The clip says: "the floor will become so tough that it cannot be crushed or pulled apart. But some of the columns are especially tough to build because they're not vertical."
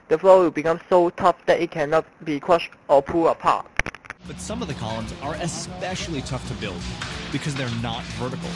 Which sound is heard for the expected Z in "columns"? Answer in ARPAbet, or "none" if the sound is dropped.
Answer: Z